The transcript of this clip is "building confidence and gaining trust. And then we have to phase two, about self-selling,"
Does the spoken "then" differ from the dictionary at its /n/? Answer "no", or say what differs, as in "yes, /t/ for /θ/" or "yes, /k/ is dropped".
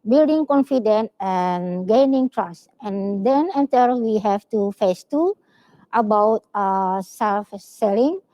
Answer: yes, /l/ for /n/